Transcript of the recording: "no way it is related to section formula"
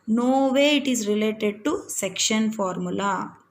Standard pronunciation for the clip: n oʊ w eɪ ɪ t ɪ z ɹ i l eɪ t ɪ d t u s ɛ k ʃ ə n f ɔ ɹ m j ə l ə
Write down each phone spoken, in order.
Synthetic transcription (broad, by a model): n oʊ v eɪ ɪ t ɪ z ɹ i l eɪ t ɪ d t u s ɛ k ʃ ə n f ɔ ɹ m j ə l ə